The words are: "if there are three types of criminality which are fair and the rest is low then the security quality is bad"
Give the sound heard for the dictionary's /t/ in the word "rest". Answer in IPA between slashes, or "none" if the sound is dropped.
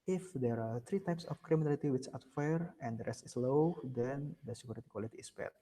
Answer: /t/